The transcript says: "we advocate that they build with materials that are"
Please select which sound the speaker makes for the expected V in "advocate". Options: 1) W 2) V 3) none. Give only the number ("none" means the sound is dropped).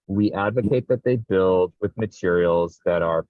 2